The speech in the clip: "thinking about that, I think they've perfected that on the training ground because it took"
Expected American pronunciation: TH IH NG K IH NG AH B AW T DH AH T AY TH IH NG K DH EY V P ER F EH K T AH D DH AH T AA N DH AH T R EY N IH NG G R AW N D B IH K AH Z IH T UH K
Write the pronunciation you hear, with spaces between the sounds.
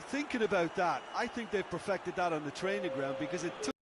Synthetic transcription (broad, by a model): TH IH NG K IH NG AH B AW T DH AH T AY TH IH NG K DH EY V P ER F EH K T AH D DH AH T N DH AH T R EY N IH NG G R AW N D B IH K AH Z IH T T